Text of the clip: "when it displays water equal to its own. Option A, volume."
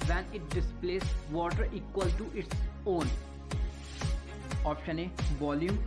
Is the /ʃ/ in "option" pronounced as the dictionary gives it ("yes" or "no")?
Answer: yes